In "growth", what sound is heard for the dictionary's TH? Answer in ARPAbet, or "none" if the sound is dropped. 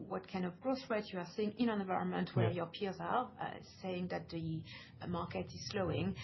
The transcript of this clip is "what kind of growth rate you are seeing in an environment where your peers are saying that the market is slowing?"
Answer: S